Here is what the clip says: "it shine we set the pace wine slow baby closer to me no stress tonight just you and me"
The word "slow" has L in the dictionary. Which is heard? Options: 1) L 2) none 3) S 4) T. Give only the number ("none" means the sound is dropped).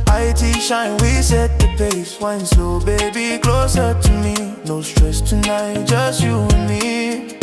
2